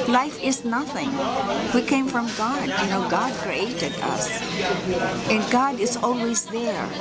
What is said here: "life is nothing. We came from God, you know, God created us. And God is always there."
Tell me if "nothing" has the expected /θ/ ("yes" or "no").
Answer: yes